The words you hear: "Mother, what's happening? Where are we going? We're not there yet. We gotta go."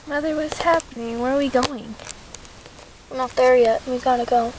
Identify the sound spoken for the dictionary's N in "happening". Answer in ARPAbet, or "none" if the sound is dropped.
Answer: N